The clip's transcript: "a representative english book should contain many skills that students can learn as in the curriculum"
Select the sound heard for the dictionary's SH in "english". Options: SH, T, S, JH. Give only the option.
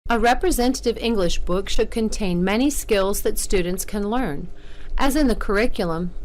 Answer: SH